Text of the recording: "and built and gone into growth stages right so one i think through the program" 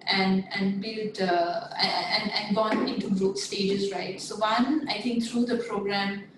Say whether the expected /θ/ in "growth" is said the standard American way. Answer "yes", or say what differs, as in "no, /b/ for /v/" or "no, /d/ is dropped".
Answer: no, /t/ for /θ/